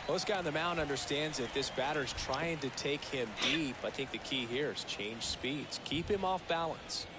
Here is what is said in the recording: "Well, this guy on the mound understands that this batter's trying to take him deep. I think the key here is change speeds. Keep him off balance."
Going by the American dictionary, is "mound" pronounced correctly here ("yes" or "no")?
no